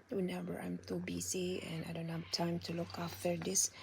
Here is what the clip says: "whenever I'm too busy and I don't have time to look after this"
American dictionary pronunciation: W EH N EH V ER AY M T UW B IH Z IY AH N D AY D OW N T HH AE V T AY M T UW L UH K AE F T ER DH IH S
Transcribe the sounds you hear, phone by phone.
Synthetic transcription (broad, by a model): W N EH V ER AY M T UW B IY S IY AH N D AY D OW N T HH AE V T AY M T UW L UH K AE F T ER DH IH S